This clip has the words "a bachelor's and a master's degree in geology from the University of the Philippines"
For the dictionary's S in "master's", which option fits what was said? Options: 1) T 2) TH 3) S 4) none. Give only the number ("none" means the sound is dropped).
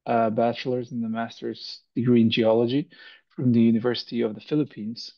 3